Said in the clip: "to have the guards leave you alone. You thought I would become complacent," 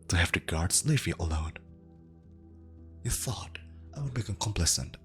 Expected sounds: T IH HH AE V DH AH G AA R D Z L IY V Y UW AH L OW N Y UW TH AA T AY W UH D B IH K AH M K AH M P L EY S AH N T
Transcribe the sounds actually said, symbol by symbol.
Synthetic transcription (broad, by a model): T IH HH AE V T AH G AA R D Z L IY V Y AH L OW N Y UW TH AA T AY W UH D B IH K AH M K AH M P L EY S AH N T